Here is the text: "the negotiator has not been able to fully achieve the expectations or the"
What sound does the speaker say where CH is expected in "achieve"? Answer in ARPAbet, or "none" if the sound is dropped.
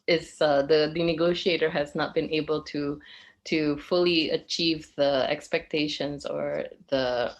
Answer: CH